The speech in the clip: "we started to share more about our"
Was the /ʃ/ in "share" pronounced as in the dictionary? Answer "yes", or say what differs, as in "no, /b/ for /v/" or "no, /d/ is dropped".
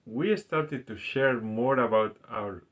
yes